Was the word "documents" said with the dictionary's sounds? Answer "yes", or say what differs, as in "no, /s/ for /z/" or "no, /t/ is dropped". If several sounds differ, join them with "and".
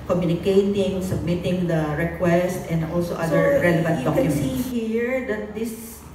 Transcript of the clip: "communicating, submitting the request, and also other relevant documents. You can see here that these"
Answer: no, /m/ is dropped